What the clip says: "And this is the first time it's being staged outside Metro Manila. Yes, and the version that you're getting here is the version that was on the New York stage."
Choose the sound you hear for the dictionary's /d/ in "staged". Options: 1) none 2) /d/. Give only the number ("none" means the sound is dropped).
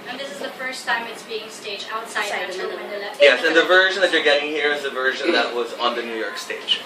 1